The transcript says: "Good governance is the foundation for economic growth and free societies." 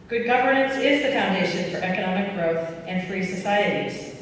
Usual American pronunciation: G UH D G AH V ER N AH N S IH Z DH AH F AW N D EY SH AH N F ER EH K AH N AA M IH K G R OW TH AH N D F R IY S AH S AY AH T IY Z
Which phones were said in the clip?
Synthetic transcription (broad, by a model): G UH D G AH V ER N AH N S IH Z DH AH F AW N D EY SH AH N F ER EH K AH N AA M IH K G R OW TH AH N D F R IY S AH S AY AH T IY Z